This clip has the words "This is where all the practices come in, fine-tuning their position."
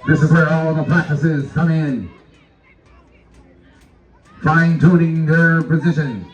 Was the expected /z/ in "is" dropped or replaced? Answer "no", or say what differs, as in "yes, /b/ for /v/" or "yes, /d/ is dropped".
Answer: no